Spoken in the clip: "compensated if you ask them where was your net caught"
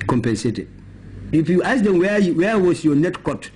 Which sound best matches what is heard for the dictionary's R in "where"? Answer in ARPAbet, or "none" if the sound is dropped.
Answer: W